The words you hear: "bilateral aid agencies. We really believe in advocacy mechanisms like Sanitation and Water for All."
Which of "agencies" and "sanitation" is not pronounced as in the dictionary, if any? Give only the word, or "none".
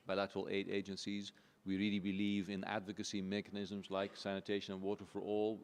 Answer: none